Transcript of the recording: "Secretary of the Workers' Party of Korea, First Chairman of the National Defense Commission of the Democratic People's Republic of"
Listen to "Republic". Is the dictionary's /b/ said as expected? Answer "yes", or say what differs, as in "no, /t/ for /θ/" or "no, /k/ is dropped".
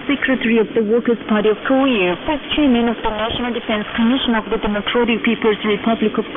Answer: yes